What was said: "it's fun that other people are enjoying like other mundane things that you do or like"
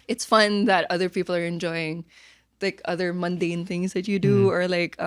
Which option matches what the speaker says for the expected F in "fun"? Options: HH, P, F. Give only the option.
F